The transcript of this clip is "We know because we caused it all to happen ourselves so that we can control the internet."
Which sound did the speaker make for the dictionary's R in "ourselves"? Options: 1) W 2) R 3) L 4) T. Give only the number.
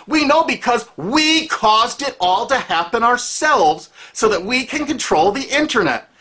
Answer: 2